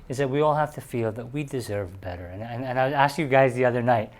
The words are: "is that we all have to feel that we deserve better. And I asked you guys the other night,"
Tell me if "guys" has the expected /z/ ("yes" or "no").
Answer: yes